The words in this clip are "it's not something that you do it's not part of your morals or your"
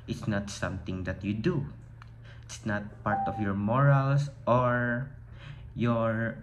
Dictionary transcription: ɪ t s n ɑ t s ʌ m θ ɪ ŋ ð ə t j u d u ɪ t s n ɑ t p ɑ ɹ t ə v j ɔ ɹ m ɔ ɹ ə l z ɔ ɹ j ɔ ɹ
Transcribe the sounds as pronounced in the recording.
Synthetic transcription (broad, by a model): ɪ t s n ɑ t s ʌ m t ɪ ŋ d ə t j u d u ɪ t s n ɑ t p ɑ ɹ t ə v j ɔ ɹ m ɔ ɹ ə l s ɔ ɹ j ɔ ɹ